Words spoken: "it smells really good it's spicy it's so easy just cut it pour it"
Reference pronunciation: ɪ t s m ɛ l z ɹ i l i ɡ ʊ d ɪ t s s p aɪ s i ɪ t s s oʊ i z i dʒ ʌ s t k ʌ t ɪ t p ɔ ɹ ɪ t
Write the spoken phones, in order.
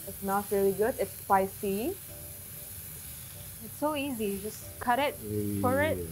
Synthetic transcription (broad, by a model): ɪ t s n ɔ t ɹ i l i ɡ ʊ d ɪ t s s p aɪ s i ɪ t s s oʊ i z i dʒ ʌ s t k ʌ t ɪ t f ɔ ɹ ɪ t